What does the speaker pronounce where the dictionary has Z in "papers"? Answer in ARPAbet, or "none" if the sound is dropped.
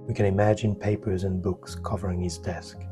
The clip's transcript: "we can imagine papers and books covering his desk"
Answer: Z